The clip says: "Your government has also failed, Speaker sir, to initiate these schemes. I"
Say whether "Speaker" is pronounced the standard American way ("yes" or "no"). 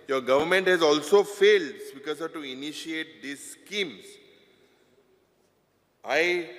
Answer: no